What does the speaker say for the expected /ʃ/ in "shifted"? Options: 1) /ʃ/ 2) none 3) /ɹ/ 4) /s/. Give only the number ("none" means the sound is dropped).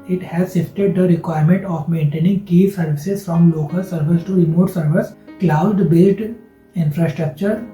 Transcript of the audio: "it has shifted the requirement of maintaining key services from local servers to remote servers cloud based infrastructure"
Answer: 4